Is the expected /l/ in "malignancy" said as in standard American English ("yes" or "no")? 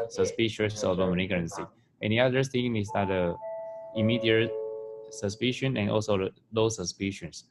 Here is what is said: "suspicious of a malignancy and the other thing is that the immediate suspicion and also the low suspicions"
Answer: no